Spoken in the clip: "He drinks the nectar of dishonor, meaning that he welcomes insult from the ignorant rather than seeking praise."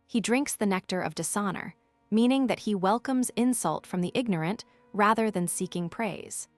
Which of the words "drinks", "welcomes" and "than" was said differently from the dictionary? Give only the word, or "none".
none